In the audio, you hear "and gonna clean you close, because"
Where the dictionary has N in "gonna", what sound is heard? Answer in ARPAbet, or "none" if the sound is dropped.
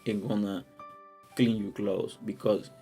N